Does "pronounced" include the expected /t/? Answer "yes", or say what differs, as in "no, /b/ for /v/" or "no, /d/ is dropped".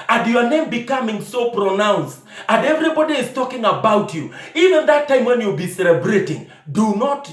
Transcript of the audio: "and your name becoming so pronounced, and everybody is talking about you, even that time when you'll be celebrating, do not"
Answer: yes